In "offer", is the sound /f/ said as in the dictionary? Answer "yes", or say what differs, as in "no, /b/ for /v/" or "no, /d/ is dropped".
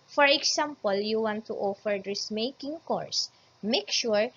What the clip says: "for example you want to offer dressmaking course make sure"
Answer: yes